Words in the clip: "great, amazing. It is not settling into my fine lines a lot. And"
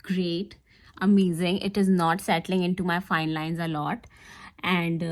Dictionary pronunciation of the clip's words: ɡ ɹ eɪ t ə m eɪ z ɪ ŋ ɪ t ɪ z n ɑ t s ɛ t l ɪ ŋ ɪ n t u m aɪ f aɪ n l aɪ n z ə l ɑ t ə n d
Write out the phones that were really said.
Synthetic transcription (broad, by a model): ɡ ɹ eɪ t ə m eɪ z ɪ ŋ ɪ t ɪ z n ɑ t s ɛ t l ɪ ŋ ɪ n t u m aɪ f aɪ n l aɪ n z ə l ɑ t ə n d